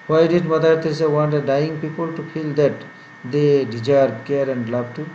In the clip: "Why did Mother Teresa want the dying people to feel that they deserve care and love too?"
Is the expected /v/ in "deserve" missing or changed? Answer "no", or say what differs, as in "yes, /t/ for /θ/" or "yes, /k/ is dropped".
yes, /b/ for /v/